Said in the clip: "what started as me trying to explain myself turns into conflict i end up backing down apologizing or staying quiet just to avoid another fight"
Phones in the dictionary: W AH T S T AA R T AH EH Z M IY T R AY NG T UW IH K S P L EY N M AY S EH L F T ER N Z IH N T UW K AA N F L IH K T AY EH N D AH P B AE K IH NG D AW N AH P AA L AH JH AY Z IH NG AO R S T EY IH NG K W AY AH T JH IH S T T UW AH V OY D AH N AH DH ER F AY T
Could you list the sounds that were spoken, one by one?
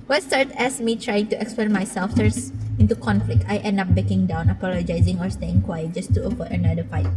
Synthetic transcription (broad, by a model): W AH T S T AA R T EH S M IY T R AY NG T UW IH K S P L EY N M AY S EH L F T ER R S IH N T UW K AA N F L IH K T AY EH N D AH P B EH K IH NG D AW N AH P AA L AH JH AY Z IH NG AO R S T EY IH NG K W AY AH JH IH S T T UW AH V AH AH N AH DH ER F AY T